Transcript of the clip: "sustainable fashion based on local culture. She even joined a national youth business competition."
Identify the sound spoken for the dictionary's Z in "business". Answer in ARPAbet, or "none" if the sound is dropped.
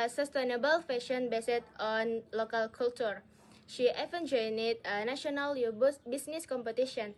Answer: S